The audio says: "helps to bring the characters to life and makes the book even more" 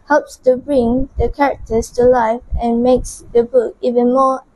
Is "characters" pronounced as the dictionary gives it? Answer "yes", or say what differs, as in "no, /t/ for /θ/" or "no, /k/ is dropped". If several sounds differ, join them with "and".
no, /s/ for /z/